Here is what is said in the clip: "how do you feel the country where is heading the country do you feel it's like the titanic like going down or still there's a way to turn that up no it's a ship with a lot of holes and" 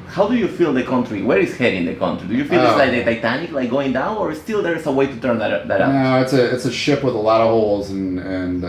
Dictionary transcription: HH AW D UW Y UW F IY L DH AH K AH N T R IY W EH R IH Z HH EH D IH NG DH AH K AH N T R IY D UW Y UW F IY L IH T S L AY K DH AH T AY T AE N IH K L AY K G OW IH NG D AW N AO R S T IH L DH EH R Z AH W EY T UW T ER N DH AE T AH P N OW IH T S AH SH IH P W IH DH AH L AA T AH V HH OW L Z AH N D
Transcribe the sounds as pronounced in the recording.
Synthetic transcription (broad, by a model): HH AW D UW Y UW F IY L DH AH K AH N T R IY W EH R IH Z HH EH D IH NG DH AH K AH N T R IY D UW Y UW F IY L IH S L AY K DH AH T AY T AE N IH K L AY K G OW IH NG D AW N AO R S T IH L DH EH R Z AH W EY T UW T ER N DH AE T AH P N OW IH T S AH SH IH P W IH DH AH L AA T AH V HH OW L Z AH N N